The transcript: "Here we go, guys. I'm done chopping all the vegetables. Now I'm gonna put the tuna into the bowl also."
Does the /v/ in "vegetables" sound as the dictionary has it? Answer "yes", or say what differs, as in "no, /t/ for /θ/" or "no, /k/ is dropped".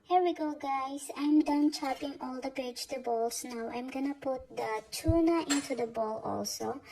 no, /p/ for /v/